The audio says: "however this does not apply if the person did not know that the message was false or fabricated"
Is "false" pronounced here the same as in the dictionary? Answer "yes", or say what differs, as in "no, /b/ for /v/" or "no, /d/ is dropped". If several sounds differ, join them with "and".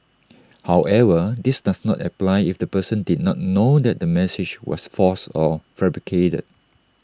no, /l/ is dropped